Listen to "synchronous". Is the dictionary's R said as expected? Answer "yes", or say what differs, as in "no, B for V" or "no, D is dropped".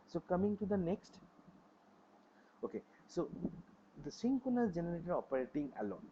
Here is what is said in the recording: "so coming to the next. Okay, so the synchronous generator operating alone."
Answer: no, R is dropped